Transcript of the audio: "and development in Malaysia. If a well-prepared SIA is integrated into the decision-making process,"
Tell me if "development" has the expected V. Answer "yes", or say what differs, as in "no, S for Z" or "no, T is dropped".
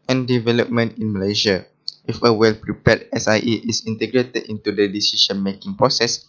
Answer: yes